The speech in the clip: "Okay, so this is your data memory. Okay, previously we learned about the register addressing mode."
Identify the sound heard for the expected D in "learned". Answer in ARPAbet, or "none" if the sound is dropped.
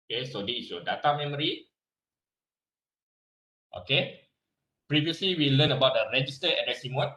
none